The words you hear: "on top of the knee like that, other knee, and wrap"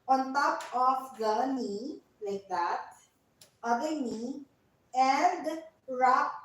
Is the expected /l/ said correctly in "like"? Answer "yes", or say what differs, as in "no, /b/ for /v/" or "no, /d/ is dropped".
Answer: yes